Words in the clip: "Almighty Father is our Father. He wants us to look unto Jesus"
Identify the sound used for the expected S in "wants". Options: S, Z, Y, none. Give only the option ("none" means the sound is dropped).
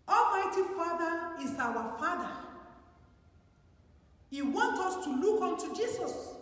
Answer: none